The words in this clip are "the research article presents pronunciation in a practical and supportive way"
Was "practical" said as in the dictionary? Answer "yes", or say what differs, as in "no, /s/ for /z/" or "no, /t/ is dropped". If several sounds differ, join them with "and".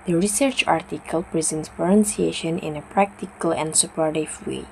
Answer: yes